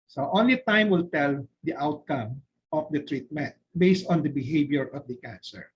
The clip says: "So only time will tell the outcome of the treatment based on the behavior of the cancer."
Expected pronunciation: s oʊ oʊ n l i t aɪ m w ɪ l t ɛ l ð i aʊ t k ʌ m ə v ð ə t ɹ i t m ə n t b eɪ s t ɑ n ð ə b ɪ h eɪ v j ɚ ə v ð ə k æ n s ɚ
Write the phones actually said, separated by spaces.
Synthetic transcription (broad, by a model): s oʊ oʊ n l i t aɪ m w ɪ l t ɛ l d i aʊ t k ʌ m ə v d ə t ɹ i t m ə n t b eɪ s t ɑ n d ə b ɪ h eɪ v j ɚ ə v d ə k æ n s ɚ